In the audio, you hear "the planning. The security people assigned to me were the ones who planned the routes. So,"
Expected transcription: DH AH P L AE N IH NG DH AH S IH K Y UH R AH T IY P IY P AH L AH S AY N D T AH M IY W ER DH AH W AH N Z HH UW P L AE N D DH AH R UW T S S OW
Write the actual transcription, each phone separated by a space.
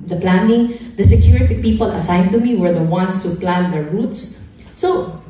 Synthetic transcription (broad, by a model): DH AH P L AE N IH NG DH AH S IH K Y UH R AH T IY P IY P AH L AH S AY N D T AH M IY W ER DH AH W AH N S HH UW P L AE N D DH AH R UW T S S OW